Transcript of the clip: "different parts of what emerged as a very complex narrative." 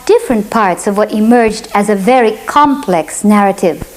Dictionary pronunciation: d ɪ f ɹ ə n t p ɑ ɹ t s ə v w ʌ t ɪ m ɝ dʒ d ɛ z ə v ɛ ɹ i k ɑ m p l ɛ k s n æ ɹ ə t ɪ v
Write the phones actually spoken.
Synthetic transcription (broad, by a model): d ɪ f ɹ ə n p ɑ ɹ t s ə v w ʌ t ɪ m ɝ dʒ d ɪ z ə v ɛ ɹ i k ɑ m p l ɛ k s n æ ɹ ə t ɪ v